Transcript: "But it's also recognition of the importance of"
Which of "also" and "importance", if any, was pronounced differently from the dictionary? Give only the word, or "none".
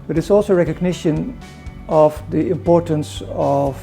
none